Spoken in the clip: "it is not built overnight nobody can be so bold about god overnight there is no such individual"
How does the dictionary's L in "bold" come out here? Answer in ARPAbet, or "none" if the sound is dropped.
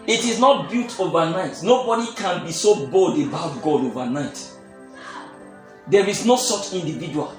L